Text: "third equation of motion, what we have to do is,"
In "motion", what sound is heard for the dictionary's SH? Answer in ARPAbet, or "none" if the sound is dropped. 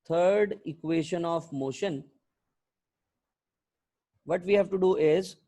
SH